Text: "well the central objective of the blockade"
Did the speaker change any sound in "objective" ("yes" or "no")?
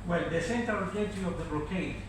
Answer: yes